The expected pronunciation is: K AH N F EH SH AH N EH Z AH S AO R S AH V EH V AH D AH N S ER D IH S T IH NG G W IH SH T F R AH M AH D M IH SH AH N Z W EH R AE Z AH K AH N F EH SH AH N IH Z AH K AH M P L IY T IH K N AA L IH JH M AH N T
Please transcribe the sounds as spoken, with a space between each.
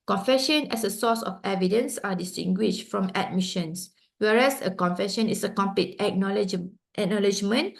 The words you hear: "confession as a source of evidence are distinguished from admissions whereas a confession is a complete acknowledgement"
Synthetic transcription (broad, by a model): K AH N F EH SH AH N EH S AH S AO S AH F EH V AH D AH N S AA D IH S T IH NG G W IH SH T F R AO M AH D M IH SH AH N S W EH R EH S AH K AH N F EH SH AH N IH S AH K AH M P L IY T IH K N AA L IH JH M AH N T